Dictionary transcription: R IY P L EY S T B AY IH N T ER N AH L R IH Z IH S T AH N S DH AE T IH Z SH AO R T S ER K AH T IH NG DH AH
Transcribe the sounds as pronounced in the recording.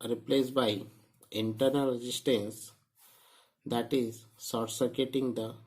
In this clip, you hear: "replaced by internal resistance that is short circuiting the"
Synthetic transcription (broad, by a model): R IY P L EY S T B AY IH N T ER N AH L R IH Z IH S T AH N S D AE T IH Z S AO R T S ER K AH T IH NG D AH